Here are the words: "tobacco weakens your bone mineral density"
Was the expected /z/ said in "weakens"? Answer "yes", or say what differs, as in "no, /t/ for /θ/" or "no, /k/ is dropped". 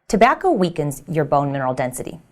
yes